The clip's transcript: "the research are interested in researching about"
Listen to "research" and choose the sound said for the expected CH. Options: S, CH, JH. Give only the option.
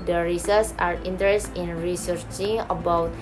S